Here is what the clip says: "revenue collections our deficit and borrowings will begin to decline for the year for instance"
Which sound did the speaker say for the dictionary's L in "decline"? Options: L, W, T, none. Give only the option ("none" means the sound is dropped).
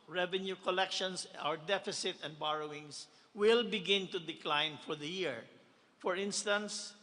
L